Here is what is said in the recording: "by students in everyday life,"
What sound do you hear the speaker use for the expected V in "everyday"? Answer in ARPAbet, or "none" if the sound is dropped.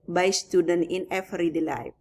F